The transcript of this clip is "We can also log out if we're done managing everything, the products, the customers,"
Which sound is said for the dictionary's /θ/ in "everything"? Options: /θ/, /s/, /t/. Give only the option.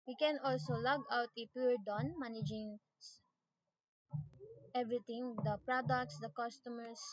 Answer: /t/